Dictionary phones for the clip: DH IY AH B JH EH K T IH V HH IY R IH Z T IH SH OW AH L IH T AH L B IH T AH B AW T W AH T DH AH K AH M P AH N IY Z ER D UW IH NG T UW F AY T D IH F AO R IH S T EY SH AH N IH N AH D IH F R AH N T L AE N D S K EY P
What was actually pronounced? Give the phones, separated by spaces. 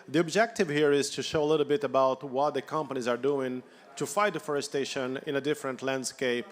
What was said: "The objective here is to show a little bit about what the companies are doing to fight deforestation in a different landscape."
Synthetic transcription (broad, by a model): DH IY AH B JH EH K T IH V HH IY R IH Z T IH SH OW AH L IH T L B IH T AH B AW T W AH T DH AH K AH M P AH N IY Z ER D UW IH NG T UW F AY T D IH F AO R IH S T EY SH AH N IH N AH D IH F R AH N T L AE N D S K EY P